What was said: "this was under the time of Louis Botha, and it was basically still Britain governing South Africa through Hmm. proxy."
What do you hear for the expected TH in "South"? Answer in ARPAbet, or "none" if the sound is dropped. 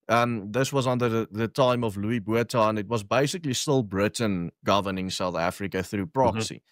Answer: TH